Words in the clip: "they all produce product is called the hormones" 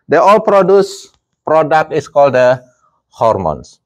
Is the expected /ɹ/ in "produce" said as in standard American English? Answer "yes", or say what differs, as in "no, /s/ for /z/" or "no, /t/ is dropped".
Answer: yes